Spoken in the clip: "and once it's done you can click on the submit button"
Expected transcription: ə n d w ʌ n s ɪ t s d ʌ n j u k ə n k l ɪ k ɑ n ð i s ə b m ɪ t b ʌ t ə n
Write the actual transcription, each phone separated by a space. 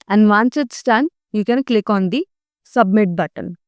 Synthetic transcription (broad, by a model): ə n d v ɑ n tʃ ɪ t s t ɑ n j u k ə n k l ɪ k ɑ n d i s ə b m ɪ t b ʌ t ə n